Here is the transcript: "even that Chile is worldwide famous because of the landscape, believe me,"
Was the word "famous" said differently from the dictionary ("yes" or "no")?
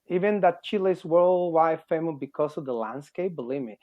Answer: yes